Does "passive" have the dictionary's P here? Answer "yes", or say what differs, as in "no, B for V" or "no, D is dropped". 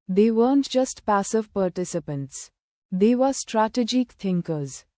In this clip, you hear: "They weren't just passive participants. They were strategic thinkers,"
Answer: yes